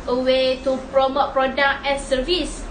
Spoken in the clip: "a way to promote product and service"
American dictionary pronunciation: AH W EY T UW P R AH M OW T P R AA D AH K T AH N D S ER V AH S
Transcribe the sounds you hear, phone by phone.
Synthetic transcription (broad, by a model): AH W EY T UW P R AH M OW T P R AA D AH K AH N S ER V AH S